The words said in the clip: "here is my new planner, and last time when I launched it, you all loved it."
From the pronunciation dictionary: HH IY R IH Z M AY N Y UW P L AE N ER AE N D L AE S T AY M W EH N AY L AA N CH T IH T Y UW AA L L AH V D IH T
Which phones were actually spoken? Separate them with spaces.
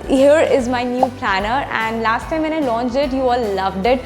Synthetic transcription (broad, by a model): HH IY R IH Z M AY N Y UW P L AE N ER AE N D L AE S T AY M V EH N AY L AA N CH IH T Y UW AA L L AH V D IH T